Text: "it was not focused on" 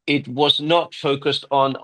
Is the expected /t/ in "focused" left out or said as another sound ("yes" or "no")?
no